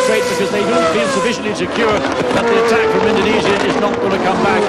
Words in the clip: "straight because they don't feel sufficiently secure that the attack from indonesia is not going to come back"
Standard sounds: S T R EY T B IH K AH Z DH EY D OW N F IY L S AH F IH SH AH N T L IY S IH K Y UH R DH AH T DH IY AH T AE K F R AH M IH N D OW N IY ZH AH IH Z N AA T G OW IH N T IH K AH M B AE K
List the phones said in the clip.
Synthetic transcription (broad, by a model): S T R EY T B IH K AH Z DH EY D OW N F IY N S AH F IH SH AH N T L IY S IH K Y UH R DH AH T DH IY AH T AE K F R AH M IH N D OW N IY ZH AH IH Z N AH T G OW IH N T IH K AH M B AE K